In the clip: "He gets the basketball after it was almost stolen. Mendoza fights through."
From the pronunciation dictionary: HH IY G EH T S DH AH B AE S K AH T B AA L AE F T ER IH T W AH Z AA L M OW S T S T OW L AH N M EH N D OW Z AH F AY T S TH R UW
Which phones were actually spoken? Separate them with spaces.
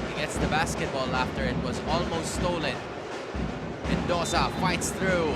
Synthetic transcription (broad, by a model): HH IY G EH T S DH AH B AE S K AH T B AA L AE F T ER IH T W AH Z AA L M OW S T S T OW L AH N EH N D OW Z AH F AY T S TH R UW